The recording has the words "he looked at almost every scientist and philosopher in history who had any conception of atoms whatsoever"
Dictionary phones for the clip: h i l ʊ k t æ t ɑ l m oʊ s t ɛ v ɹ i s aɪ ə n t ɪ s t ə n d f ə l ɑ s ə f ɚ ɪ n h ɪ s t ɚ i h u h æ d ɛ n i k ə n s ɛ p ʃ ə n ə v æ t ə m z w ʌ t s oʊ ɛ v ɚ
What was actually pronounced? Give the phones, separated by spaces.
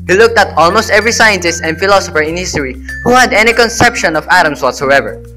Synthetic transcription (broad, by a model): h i l ʊ k t æ t ɑ l m oʊ s t ɛ v ɹ i s aɪ ə n t ɪ s t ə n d f ə l ɑ s ə f ɚ ɪ n h ɪ s t ɚ i h u h æ d ɛ n i k ə n s ɛ p ʃ ə n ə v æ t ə m s w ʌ t s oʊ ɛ v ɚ